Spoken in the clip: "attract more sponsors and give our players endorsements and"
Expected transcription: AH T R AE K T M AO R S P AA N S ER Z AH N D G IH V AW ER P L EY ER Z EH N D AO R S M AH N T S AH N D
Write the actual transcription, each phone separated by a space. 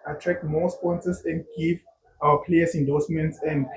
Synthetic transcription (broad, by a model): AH T R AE K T M AO S P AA N S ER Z AH N D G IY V AW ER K L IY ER S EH N D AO S M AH N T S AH N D